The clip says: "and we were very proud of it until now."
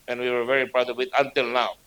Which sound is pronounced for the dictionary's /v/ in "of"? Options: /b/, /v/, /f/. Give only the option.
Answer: /b/